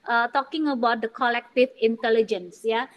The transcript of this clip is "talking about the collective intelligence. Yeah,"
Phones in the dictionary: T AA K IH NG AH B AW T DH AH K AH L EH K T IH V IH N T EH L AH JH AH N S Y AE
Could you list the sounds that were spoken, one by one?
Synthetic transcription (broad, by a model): T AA K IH NG AH B AW T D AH K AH L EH K T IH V IH N T EH L AH JH AH N S Y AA